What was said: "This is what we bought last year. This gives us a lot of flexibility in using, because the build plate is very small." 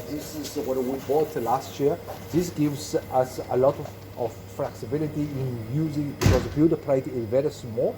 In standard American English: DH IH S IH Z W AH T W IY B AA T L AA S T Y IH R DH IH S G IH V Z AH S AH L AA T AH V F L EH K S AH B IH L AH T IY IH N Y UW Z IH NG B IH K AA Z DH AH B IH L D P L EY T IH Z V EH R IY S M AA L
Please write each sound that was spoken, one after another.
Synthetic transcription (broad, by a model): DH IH S IH Z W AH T W IY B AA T L AA S T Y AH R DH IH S G IH V Z AH S AH L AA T AH V F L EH K S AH B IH L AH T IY IH N Y UW Z IH NG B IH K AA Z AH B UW D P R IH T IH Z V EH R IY S M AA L